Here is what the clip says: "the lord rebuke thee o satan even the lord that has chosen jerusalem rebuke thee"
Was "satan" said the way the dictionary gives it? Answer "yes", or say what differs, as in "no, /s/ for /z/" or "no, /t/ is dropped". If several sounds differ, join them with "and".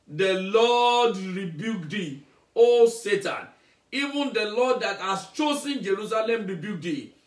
yes